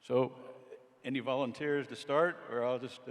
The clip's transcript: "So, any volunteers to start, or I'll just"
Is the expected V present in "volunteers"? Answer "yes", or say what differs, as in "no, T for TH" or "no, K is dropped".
yes